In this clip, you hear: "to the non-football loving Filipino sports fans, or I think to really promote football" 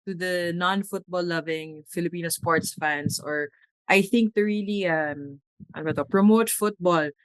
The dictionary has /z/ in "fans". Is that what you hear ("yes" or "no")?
no